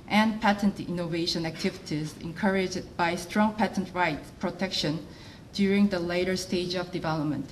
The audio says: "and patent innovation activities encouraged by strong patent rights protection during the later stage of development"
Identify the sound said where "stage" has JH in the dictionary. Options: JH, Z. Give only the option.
JH